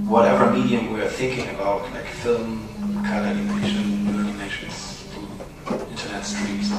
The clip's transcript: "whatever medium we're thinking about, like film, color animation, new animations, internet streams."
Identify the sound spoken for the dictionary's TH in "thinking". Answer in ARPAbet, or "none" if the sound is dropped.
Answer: TH